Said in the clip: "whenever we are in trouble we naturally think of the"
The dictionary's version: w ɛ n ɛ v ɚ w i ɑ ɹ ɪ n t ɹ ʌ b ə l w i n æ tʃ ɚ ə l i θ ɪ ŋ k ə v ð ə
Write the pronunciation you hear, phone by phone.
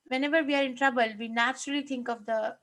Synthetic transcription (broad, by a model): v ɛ n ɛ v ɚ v i ɑ ɹ ɪ n t ɹ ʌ b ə l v i n æ tʃ ɚ ə l i t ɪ ŋ k ə v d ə